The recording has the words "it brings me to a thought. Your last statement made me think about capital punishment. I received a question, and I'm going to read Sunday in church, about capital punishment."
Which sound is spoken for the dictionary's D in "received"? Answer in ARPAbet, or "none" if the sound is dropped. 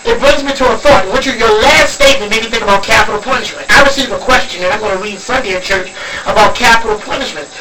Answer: none